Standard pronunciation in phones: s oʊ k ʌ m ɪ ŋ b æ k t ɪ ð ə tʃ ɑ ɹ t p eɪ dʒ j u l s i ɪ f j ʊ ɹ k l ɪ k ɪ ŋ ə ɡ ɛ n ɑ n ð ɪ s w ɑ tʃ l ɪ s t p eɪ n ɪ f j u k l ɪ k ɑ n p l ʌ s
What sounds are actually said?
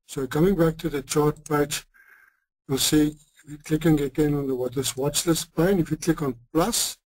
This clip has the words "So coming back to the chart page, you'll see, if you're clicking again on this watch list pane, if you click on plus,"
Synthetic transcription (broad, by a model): s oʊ k ʌ m ɪ ŋ b æ k t ɪ ð ə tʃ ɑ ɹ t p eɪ tʃ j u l s i ɪ f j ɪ k l ɪ k ɪ ŋ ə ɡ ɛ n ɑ n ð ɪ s w ɑ tʃ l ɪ s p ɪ n ɪ f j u k l ɪ k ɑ n p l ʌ s